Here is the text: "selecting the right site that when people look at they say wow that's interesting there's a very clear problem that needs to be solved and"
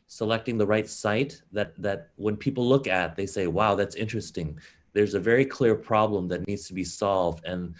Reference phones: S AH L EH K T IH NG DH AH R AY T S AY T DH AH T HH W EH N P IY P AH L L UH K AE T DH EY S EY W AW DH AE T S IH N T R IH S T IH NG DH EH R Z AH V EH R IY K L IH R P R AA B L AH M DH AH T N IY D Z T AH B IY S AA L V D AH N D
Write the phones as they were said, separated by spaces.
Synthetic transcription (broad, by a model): S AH L EH K T IH NG DH AH R AY T S AY T DH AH T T W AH N P IY P L L UH K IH T DH EY S EY W AW DH AE T S IH N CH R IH S T IH NG DH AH R Z AH V EH R IY K L IH R P R AA B L AH M DH AH T N IY D Z T AH B IY S AA L V D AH N